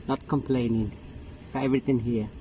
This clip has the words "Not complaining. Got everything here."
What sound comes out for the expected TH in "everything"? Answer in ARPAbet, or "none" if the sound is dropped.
T